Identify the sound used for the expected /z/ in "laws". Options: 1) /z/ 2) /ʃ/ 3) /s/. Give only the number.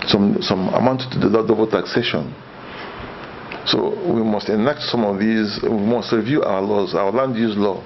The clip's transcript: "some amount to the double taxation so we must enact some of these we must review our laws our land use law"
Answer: 1